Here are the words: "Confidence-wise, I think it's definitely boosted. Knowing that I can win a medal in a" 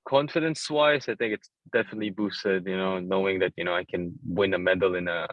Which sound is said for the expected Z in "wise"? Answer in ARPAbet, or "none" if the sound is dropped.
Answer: S